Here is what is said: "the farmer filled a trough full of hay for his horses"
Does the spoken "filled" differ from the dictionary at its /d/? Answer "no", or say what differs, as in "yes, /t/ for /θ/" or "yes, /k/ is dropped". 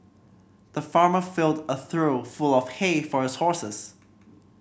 no